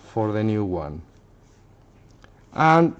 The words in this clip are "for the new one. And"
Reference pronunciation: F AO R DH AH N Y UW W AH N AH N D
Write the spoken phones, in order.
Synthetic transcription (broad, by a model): F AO R DH AH N Y UW W AH N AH N